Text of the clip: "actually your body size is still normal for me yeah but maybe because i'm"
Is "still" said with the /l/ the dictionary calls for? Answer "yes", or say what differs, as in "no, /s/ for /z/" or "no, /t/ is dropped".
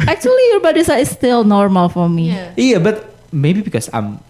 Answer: yes